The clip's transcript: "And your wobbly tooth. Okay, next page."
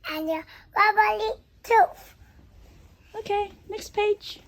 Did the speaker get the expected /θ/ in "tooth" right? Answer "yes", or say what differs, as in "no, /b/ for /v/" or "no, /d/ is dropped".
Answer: no, /f/ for /θ/